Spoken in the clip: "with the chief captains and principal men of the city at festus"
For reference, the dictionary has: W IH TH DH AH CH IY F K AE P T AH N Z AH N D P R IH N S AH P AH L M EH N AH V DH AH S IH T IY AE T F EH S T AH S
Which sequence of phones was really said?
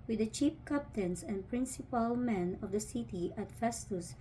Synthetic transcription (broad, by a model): W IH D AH CH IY P K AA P T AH N S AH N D P R IH N S AH P AH L M EH N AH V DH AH S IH T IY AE T F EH S T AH S